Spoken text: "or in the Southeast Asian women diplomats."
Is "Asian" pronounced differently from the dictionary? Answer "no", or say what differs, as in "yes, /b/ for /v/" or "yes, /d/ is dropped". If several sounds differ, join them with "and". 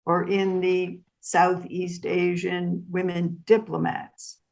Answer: no